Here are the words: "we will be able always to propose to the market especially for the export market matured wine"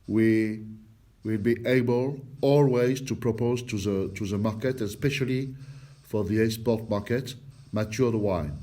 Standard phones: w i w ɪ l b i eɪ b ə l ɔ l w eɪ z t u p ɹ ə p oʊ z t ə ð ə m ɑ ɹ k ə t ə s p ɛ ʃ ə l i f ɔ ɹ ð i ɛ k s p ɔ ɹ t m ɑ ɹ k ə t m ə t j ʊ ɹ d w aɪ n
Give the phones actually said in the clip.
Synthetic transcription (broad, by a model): w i w ɪ l b i eɪ b ə l ɔ l w eɪ z t u p ɹ ə p oʊ z t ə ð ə m ɑ ɹ k ə t ə s p ɛ ʃ ə l i f ɔ ɹ ð i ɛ s p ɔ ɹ t m ɑ ɹ k ə t m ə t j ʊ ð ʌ w aɪ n